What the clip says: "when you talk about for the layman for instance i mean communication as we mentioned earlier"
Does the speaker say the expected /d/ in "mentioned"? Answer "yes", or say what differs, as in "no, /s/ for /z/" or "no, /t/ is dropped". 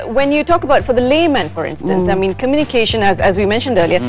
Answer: yes